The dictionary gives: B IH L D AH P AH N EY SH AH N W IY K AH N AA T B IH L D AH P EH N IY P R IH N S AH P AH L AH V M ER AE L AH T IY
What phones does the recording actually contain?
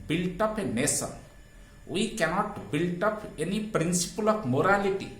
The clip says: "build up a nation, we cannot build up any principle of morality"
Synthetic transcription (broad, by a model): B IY L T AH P AH N EY S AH N W IY K AH N AA T B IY L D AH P EH N IY P R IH N S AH P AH L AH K M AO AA L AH T IY